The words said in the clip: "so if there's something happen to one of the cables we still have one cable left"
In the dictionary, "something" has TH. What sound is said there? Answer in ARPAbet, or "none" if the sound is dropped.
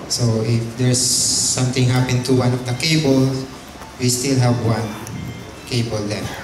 T